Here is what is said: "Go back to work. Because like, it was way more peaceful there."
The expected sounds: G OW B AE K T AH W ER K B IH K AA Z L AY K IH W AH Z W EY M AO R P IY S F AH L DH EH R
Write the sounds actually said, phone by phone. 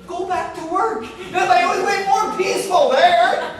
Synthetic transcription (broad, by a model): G OW B AE K T AH W ER K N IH AA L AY IH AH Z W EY M AO R P IY S F AH L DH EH R